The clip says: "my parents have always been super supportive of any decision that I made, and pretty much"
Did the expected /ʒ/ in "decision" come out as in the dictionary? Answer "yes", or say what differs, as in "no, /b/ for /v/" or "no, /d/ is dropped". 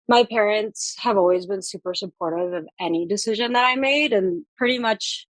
yes